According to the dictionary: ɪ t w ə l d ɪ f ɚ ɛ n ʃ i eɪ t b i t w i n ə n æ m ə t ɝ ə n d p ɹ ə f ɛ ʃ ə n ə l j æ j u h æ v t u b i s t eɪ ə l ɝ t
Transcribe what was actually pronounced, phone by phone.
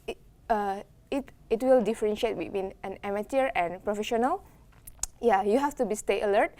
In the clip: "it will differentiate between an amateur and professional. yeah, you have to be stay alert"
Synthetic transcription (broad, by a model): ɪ t w ə l d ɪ f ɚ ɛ n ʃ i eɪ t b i t w i n ə n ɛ m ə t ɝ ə n p ɹ ə f ɛ ʃ ə n ə l j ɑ j u h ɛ f t u b i s t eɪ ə l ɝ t